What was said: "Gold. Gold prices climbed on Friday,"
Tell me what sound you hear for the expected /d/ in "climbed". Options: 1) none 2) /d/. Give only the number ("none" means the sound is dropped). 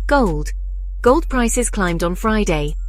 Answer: 2